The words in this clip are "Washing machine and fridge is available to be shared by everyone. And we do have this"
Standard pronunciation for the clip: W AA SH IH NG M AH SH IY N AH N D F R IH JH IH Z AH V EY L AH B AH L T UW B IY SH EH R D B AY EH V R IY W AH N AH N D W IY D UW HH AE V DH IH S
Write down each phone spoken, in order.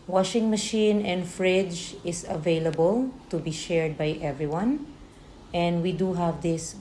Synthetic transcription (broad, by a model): W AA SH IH NG M AH SH IY N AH N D F R IH JH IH S AH V EY L AH B AH L T UW B IY SH EH R D B AY EH V R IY W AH N AH N D W IY D UW HH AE V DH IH S